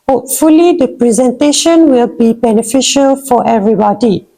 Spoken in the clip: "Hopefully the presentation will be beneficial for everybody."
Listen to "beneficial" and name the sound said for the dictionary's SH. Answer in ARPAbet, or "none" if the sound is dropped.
SH